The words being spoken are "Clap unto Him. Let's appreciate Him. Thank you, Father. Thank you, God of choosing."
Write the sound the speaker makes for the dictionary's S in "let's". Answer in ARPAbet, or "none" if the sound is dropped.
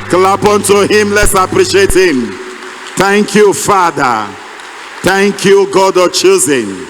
S